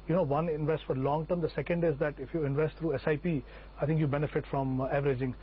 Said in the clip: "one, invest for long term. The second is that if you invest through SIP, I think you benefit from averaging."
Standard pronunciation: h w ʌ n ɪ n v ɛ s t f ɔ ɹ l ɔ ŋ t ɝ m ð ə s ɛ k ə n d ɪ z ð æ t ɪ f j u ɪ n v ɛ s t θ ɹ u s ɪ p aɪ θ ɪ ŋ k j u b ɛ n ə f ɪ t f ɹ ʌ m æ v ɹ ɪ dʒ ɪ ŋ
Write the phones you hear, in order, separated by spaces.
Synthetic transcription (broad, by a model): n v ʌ n ɪ n v ɛ s t f ɔ ɹ l ɔ ŋ t ɝ m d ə s ɛ k ə n d ɪ z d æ t ɪ f j u ɪ n v ɛ s t t ɹ u s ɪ p aɪ t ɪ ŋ k j u b ɛ n ə f ɪ t f ɹ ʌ m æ v ɹ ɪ dʒ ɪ ŋ